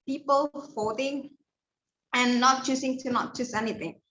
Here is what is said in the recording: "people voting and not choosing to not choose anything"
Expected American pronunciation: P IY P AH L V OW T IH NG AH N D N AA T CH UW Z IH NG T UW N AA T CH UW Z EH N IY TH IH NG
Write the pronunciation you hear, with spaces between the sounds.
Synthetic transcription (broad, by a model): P IY P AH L F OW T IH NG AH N N AA T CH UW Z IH NG T UW N AA T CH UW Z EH N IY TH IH NG